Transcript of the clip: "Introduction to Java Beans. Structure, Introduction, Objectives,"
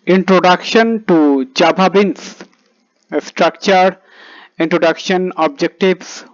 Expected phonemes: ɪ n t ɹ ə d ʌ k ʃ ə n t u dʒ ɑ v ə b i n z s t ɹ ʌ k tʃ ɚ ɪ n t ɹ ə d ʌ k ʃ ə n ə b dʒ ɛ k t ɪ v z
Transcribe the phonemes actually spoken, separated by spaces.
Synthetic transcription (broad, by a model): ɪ n t ɹ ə d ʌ k ʃ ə n t u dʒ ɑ b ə b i n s s t ɹ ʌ k tʃ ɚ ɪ n t ɹ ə d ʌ k ʃ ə n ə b dʒ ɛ k t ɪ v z